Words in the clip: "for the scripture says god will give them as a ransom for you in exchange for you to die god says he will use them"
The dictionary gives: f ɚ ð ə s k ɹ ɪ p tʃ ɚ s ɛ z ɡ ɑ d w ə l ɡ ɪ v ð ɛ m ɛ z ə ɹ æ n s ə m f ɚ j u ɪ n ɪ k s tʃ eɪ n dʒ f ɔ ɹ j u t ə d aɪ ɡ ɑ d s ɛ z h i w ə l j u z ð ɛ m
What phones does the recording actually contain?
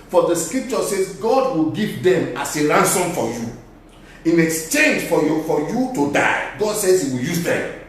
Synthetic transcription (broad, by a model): f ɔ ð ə s k ɹ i p tʃ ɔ s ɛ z ɡ ɑ d w ə l ɡ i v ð ɛ m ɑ s ə ɹ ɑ n s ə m f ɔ j u ɪ n ɪ k s tʃ eɪ n dʒ f ɔ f j u t ə d aɪ ɡ ɑ d s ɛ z h i w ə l j u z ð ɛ m